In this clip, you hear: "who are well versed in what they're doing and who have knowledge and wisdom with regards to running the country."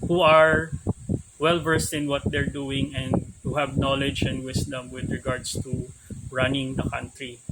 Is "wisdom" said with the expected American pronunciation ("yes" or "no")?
no